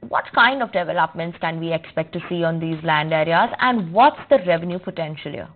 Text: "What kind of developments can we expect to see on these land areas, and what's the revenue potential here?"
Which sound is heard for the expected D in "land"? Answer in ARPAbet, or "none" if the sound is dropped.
D